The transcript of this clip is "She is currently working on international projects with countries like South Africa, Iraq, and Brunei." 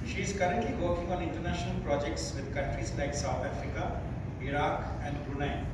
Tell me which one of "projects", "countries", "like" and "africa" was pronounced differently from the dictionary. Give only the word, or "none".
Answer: none